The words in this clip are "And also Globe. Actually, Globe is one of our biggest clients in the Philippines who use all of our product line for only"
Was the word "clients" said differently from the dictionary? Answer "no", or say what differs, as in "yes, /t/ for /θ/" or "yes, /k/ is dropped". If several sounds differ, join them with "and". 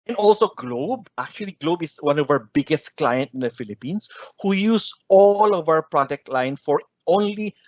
yes, /s/ is dropped